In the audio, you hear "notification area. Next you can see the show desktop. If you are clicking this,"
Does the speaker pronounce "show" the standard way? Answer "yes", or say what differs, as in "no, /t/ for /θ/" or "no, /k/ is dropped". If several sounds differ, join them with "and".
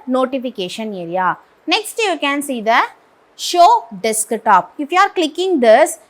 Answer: yes